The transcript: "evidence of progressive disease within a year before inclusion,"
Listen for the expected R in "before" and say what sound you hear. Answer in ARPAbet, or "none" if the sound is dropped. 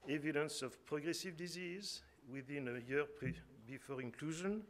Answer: R